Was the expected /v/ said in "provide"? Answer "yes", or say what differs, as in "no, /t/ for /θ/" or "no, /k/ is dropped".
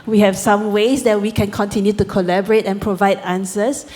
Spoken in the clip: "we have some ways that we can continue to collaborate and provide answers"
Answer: yes